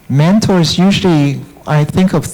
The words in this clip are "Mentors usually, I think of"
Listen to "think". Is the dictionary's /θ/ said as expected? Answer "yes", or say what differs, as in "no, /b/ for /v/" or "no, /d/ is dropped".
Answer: yes